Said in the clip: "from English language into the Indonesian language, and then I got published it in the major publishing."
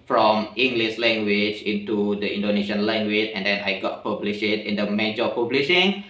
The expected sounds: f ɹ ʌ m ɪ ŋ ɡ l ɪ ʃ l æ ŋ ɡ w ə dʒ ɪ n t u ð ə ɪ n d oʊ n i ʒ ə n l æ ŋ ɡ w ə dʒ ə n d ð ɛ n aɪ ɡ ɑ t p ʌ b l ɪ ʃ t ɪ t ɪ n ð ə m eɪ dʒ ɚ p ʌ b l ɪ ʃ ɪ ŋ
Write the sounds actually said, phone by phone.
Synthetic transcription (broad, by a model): f ɹ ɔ m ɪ ŋ ɡ l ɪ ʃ l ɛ ŋ ɡ w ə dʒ ɪ n t u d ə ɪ n d oʊ n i ʃ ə n l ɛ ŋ ɡ w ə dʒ ə n d ɛ n aɪ ɡ ɑ t p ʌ b l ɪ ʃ ɪ t ɪ n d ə m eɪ dʒ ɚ p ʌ b l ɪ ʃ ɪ ŋ